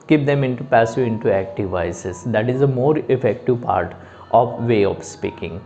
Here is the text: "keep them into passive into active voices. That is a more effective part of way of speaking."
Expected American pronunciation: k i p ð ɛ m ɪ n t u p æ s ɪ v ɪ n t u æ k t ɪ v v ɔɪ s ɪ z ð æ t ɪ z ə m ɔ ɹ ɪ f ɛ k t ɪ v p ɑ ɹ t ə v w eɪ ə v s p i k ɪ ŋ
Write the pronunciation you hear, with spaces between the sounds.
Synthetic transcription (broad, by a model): k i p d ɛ m ɪ n t u p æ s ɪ ɪ n t u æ k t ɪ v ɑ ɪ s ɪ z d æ t ɪ z ə m ɔ ɹ ɪ f ɛ k t ɪ v p ɑ ɹ t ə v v eɪ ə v s p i k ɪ ŋ